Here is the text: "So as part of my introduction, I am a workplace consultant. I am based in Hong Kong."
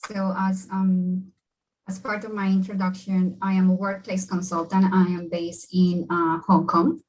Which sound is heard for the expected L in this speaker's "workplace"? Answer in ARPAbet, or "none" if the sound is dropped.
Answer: L